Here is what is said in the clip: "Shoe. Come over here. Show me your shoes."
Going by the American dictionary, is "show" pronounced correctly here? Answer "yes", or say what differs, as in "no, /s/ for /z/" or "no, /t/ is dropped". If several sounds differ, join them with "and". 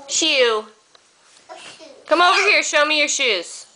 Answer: yes